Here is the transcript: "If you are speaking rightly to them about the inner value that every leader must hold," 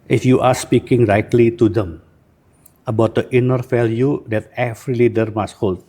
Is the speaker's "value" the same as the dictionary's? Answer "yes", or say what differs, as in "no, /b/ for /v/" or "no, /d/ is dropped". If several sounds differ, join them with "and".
no, /f/ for /v/